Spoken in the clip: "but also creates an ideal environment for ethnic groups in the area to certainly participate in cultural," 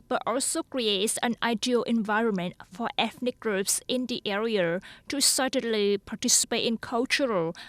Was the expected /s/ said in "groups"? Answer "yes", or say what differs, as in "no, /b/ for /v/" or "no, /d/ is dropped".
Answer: yes